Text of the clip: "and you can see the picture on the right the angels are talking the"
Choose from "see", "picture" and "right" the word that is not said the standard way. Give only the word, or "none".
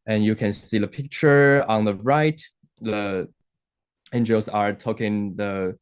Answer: none